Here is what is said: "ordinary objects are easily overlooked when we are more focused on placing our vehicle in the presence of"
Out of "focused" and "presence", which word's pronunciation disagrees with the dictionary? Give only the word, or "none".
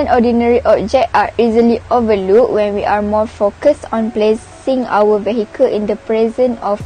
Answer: presence